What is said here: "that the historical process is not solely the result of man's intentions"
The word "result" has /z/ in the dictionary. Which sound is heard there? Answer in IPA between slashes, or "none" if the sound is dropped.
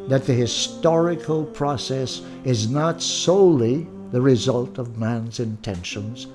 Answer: /z/